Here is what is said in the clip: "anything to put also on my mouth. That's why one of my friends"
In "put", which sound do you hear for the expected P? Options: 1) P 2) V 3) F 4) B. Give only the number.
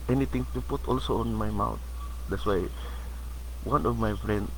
1